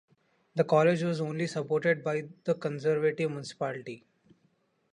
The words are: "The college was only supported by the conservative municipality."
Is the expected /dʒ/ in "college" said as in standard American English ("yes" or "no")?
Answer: yes